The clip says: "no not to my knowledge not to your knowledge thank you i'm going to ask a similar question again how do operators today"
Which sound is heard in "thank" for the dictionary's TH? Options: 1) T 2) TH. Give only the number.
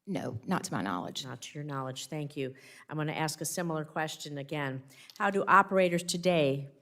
2